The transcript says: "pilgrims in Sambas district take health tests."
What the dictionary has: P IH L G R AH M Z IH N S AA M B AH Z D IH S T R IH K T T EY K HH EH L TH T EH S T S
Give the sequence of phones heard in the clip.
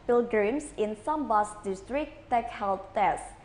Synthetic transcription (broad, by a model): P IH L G R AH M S IH N S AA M B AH S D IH S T R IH T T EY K HH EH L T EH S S